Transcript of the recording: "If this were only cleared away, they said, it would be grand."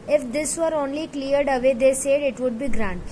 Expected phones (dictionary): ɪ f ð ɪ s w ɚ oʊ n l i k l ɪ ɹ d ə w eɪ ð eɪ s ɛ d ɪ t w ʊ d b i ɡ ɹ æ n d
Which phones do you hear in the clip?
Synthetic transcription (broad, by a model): ɪ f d ɪ s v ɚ oʊ n l i k l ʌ ɹ d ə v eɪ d eɪ s ɛ d ɪ t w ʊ d b i ɡ ɹ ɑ n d